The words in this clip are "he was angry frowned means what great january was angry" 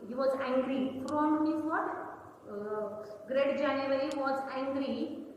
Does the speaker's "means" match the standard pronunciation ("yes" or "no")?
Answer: no